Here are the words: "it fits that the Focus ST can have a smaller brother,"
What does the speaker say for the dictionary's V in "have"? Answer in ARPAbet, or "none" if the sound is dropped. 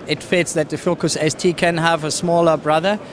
V